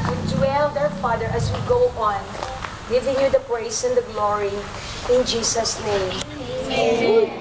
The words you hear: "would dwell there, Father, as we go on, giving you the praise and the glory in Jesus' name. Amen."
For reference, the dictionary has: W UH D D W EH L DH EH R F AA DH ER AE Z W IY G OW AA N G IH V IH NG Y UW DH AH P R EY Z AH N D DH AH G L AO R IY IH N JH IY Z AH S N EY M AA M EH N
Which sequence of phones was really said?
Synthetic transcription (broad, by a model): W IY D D W EH L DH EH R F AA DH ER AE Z W IY G OW AA N G IH V IH NG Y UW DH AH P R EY S AH N D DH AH G L AO R IY IH N JH IY S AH S N EY AA M